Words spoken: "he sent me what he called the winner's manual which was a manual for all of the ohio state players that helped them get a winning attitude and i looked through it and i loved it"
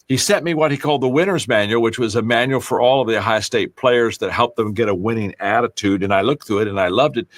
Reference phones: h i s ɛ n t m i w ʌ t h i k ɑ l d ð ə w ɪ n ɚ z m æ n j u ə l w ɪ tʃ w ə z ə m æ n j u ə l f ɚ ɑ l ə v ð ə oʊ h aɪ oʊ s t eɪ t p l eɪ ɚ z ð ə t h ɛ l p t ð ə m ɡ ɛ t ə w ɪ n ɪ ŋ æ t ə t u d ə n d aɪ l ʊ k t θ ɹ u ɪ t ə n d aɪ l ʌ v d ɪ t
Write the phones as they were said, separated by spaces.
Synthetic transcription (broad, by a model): h i s ɛ t m i w ʌ t h i k ɑ l d ð ə w ɪ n ɚ z m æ n j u l w ɪ tʃ w ə z ə m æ n j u l f ɚ ɑ l ə v ð ə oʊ h aɪ s t eɪ t p l eɪ ɚ z ð ə t h ɛ l p ð ə m ɡ ɛ t ə w ɪ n ɪ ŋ æ t ə t u d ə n aɪ l ʊ k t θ u ɪ t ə n aɪ l ʌ v d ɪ t